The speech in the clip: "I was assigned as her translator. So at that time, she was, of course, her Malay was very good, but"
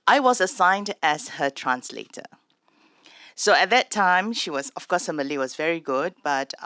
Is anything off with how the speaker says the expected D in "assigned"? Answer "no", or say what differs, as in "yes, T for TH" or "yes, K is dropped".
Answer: no